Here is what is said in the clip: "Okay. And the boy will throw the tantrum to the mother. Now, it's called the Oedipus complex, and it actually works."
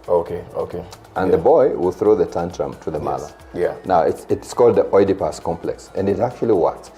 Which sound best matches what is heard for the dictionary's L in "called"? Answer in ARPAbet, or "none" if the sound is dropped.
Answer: L